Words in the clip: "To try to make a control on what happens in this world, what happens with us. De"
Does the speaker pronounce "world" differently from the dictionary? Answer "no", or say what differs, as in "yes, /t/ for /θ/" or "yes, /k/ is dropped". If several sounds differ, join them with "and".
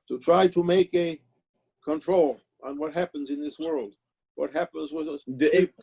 no